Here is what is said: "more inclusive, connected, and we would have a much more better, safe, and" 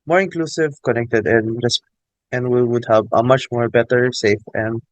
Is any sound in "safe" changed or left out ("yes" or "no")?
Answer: no